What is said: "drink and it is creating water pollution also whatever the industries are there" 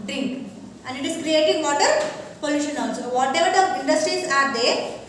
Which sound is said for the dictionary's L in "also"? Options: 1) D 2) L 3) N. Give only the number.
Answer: 3